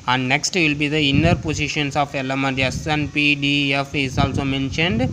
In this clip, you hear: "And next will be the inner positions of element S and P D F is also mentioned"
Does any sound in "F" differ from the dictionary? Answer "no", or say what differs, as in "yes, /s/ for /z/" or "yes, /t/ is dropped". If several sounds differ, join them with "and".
no